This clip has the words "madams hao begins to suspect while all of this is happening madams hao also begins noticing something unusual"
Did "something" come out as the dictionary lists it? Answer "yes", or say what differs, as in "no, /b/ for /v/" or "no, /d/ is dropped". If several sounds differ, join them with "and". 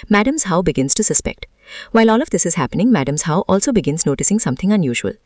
no, /t/ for /θ/